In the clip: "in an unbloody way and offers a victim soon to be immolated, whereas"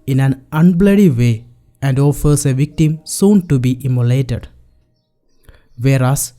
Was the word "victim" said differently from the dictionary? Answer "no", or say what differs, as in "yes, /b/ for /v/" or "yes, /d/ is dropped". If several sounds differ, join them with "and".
no